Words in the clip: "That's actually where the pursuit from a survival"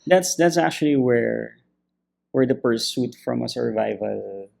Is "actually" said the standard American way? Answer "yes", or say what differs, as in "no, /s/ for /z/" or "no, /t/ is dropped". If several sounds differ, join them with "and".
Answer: no, /w/ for /l/